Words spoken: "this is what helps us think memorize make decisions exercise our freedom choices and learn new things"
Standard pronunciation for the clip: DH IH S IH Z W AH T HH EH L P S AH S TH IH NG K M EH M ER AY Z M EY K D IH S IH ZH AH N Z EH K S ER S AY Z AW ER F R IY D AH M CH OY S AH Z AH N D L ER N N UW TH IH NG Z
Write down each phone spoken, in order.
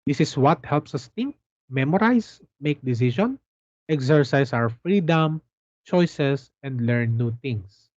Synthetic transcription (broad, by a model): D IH S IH S W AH T HH EH L P S AH S T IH NG K M EH M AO AY S M EY K D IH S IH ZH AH N EH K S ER S AY S AW ER F R IY D AH M CH OY S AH S AH N D L ER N N UW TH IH NG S